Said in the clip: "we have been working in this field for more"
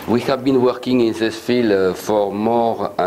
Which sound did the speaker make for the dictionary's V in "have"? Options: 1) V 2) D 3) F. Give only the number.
1